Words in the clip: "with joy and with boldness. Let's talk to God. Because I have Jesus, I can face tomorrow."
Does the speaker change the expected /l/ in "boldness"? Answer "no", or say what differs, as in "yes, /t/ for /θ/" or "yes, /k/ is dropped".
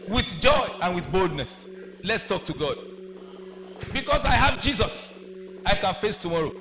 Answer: no